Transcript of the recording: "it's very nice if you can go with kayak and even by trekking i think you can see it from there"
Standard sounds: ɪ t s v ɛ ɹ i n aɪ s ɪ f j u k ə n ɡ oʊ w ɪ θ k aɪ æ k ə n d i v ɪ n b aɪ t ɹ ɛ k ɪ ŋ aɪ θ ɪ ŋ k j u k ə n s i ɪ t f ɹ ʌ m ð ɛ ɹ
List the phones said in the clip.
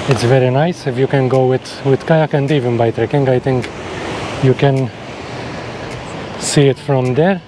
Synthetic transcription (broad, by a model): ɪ t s v ɛ ɹ i n aɪ s ɪ f j u k ə n ɡ oʊ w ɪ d k aɪ æ k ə n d i v ɪ n b aɪ t ɹ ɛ k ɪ ŋ aɪ t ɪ ŋ k j u k ə n s i ɪ t f ɹ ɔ m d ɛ ɹ